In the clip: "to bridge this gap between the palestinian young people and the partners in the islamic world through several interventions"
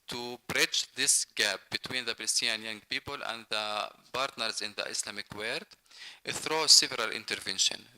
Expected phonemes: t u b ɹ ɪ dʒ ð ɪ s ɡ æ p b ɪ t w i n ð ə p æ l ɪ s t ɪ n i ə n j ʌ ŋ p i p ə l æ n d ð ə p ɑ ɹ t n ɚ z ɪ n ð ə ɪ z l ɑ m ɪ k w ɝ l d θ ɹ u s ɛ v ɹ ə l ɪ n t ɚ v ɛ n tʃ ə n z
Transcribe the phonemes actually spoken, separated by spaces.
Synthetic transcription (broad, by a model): t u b ɹ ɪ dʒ ð ɪ s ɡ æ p b ɪ t w i n ð ə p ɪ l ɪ s t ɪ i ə n j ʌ ŋ p i p ə l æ n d ð ə b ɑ ɹ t n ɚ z ɪ n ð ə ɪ s l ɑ m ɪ k w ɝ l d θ ɹ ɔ s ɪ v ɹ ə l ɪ n t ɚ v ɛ n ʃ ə n